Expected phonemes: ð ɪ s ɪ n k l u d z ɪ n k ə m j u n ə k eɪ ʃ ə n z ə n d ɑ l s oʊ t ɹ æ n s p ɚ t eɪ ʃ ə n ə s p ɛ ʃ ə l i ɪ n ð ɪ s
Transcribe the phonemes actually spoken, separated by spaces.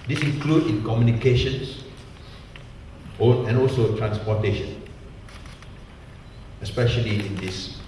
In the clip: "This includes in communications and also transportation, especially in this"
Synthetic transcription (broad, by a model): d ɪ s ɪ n k l u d ɪ n k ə m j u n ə k eɪ ʃ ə n s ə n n ɑ l s oʊ t ɹ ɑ n s p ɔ t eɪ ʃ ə n ə s p ɛ ʃ ə l i ɪ n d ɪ s